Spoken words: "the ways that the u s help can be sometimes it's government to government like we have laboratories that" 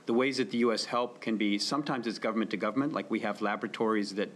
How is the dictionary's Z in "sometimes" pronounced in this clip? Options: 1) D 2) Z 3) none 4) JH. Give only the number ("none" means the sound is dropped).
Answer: 2